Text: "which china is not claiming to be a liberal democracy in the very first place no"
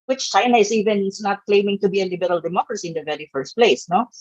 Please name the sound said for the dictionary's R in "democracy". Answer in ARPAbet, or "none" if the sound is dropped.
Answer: R